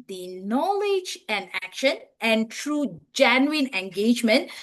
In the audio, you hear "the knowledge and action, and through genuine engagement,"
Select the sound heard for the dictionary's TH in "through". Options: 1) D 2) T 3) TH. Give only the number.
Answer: 2